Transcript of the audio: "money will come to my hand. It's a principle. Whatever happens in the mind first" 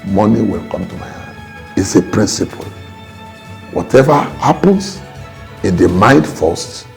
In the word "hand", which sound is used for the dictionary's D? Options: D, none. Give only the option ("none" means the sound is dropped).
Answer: none